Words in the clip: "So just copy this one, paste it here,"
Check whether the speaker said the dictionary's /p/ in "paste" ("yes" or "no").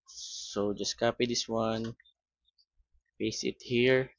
no